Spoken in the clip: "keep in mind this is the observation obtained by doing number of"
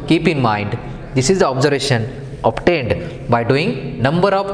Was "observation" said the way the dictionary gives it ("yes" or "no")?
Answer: yes